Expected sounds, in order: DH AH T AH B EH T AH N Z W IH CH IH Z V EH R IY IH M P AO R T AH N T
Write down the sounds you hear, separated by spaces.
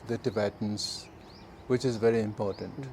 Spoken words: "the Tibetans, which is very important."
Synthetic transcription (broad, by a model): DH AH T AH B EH T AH N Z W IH CH IH Z V EH R IY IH M P AO R T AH N T